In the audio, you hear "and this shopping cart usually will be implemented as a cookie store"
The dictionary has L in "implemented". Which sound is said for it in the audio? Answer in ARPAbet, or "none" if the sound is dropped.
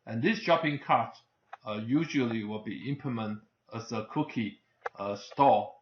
none